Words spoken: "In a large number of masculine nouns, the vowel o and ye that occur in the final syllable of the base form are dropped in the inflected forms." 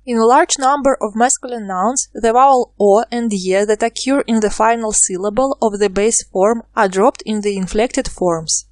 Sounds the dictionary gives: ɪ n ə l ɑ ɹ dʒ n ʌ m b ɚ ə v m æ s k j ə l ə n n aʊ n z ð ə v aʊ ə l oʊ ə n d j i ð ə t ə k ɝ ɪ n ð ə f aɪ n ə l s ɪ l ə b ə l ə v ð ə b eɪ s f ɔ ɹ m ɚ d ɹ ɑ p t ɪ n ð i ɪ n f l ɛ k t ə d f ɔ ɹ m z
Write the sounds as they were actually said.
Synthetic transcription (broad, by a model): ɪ n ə l ɑ ɹ dʒ n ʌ m b ɚ ə v m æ s k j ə l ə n n aʊ n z ð ə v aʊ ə l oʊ ə n d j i ð ə t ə k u ɪ n ð ə f aɪ n ə l s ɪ l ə b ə l ə v ð ə b eɪ s f ɔ ɹ m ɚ d ɹ ɑ p t ɪ n ð i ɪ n f l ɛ k t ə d f ɔ ɹ m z